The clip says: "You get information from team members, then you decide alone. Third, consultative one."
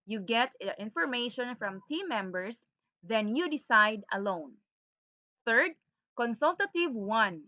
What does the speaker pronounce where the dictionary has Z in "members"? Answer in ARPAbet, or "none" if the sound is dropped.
S